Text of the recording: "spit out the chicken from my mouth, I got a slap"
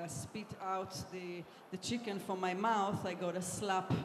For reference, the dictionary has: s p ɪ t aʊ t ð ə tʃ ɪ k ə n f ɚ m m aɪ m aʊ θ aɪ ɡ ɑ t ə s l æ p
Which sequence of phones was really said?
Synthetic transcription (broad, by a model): s p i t aʊ t ð ə tʃ ɪ k ə n f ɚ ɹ m aɪ m aʊ θ aɪ ɡ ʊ t ə s l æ p